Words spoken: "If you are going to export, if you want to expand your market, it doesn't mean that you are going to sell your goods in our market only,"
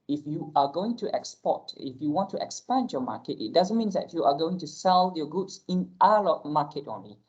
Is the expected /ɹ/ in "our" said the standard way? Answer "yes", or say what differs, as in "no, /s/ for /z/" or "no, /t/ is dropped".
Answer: no, /l/ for /ɹ/